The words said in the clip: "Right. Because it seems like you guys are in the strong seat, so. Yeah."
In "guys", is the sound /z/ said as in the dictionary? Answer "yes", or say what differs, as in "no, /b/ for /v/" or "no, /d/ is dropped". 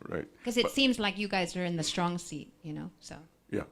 yes